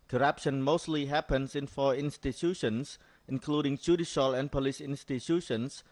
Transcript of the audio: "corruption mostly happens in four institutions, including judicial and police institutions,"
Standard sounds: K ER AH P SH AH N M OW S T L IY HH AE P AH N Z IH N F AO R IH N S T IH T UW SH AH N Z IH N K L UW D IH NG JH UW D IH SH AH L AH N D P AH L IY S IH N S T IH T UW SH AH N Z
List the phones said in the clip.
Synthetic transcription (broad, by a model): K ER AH P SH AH N M OW S T L IY HH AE P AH N S IH N F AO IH N S T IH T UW SH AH N S IH N K L UW D IH NG JH UW D IH SH AH L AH N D P AH L IY S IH N S T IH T UW SH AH N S